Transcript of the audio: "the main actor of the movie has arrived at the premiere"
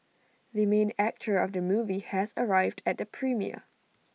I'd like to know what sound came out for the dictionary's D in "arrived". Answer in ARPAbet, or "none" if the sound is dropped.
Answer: D